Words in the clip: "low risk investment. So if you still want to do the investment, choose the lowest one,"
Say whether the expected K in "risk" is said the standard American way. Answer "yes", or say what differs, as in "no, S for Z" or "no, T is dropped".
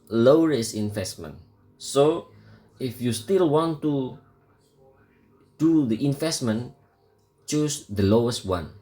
no, K is dropped